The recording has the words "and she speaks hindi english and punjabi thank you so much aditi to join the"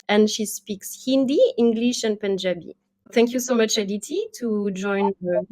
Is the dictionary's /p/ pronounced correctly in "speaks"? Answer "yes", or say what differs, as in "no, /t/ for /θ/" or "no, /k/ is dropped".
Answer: yes